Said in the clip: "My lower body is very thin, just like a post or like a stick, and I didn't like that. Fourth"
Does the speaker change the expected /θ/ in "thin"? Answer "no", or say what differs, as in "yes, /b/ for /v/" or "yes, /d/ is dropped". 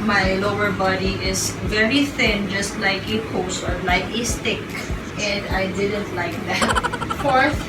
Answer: no